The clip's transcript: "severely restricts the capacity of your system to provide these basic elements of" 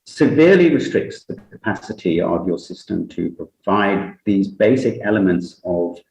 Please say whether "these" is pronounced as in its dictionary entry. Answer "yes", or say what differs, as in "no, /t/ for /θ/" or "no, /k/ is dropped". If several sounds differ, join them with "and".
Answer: yes